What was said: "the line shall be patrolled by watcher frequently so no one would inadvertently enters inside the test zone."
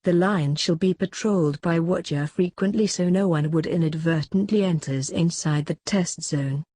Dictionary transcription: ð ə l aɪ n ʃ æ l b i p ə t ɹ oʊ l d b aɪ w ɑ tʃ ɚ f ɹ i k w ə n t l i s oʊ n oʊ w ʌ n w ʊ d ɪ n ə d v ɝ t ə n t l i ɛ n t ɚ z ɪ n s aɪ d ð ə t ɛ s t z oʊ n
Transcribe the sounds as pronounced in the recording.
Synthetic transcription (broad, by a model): ð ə l aɪ n ʃ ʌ l b i p ə t ɹ oʊ l d b aɪ w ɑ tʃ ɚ f ɹ i k w ə n t l i s oʊ n oʊ w ʌ n w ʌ d ɪ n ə d v ɝ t n t l i ɛ n t ɚ z ɪ n s aɪ d ð ə t ɛ s t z oʊ n